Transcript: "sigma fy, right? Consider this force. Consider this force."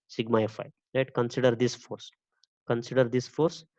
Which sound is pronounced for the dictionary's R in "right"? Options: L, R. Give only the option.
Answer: L